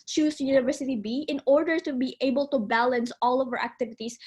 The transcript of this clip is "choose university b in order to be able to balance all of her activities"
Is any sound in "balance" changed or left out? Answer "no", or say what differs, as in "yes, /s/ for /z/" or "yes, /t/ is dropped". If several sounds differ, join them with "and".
no